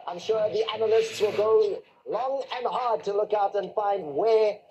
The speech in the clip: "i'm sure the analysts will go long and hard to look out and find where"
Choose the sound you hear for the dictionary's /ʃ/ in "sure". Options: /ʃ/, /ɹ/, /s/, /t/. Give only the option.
/ʃ/